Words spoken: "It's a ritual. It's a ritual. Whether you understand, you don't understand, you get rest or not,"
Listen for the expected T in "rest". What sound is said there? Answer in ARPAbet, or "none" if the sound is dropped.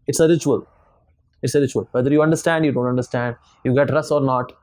none